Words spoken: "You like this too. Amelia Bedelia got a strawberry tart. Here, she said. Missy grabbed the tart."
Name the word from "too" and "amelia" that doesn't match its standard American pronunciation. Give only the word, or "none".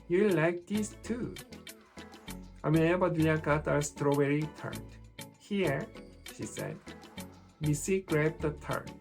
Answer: amelia